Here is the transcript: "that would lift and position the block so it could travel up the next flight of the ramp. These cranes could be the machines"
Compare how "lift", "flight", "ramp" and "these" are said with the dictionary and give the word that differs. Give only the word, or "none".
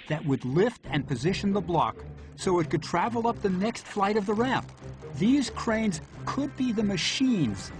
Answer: none